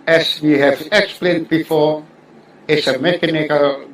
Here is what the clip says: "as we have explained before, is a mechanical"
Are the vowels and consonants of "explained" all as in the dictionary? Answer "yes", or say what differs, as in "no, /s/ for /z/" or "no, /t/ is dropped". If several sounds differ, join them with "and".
yes